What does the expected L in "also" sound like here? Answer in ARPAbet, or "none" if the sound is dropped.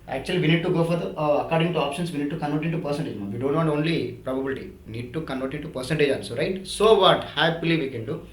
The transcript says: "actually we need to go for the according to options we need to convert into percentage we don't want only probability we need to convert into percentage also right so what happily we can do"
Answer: N